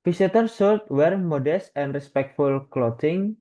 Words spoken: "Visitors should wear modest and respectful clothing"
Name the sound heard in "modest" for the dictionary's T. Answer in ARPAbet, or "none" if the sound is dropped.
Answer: T